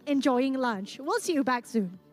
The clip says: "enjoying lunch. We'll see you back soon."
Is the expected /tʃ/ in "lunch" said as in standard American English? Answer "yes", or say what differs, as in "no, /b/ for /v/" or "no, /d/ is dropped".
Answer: yes